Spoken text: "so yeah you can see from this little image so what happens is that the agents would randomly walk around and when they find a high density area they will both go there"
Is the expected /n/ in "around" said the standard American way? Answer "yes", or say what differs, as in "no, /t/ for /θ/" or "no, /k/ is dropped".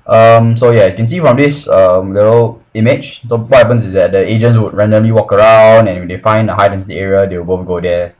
yes